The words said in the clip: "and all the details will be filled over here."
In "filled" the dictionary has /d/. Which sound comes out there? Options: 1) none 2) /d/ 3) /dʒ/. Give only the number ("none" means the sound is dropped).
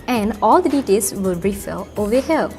1